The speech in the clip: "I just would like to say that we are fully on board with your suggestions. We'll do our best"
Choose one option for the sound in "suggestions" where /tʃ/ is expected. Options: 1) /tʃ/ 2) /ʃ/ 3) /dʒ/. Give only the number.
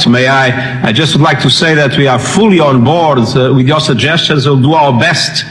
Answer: 1